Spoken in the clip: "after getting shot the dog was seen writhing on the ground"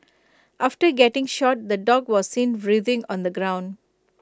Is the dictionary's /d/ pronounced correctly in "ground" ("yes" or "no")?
yes